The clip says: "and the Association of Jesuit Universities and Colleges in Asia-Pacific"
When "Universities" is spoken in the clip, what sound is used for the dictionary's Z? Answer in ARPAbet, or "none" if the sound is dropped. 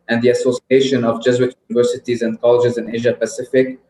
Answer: Z